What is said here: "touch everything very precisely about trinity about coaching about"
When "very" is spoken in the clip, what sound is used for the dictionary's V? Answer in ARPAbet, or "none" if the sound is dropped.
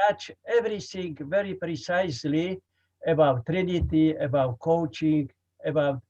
V